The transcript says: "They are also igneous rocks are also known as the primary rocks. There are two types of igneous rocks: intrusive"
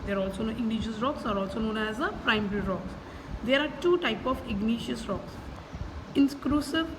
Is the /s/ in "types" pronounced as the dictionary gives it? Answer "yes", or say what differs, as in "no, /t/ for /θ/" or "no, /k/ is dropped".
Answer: no, /s/ is dropped